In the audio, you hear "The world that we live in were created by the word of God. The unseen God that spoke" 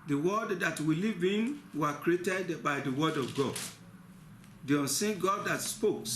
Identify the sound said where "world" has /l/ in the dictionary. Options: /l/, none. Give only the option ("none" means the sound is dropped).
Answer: none